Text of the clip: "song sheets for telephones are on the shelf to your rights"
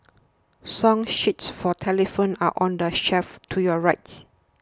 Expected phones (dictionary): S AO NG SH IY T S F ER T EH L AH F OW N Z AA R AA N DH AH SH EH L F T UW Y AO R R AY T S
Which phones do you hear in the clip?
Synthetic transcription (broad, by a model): S AO NG SH IY T S F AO T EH L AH F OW N AA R AA N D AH SH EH F T UW Y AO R R AY T S